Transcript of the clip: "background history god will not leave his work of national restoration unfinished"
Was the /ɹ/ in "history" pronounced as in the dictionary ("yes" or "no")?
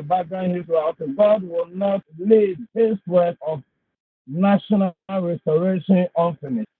no